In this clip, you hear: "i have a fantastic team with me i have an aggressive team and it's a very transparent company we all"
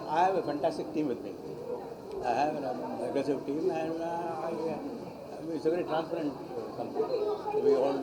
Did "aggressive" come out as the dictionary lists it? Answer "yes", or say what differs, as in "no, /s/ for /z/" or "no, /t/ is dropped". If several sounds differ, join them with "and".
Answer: no, /ɹ/ is dropped